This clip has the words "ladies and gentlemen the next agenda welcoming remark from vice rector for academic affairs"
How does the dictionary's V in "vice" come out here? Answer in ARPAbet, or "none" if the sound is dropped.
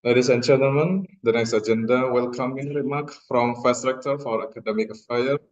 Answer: F